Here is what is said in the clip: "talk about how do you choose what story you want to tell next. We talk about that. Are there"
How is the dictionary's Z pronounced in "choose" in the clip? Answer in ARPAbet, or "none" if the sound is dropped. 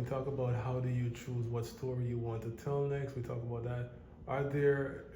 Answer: Z